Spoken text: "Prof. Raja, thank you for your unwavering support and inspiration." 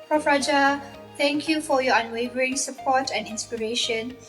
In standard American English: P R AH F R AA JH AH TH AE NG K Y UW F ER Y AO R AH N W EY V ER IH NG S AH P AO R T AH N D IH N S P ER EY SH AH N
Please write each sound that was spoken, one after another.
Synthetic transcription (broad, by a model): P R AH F R AA JH AH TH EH NG K Y UW F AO Y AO AH N W EY V ER IH NG S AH P AO T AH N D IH N S P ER EY SH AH N